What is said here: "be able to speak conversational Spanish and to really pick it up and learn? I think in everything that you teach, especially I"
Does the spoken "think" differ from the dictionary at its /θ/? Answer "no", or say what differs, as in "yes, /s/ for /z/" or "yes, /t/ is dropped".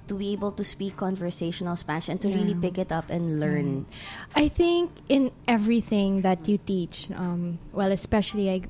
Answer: no